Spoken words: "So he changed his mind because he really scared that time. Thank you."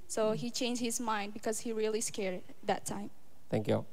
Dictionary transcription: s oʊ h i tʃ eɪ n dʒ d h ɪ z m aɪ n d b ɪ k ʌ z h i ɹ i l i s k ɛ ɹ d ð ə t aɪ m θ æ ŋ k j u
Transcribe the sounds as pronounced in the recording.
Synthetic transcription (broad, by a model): s oʊ h i tʃ eɪ n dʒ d h ɪ z m aɪ n d b ɪ k ʌ z h i ɹ i l i s k ɛ ɹ d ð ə t aɪ m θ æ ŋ k j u